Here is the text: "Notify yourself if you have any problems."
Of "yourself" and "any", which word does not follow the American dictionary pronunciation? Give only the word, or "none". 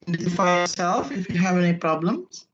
none